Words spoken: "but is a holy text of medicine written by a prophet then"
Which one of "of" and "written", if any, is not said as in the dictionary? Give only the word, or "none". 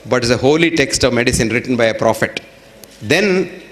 none